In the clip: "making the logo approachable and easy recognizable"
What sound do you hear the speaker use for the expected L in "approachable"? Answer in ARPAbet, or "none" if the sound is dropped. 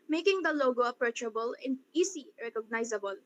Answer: L